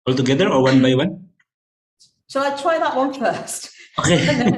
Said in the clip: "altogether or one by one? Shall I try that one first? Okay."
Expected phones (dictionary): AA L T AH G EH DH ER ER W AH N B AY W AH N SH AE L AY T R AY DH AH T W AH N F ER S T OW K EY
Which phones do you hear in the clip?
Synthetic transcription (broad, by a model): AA L T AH G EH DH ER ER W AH N B AY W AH N S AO AY T R AY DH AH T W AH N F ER S T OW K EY